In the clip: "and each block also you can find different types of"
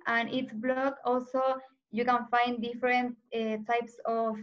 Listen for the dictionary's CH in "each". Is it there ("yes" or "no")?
no